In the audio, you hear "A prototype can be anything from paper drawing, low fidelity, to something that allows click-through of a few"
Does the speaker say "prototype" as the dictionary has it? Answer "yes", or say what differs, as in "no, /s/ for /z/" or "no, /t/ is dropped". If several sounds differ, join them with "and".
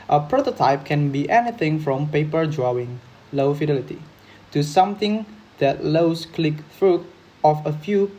yes